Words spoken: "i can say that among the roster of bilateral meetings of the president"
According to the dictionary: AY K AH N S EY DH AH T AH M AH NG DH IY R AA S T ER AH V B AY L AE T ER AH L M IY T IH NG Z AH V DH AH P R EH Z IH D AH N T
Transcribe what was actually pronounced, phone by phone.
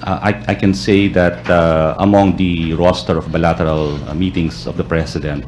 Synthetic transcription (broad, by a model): AY K AH N S EY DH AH T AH M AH NG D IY R AA S T ER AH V B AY L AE T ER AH L M IY T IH NG S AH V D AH P R EH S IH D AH N T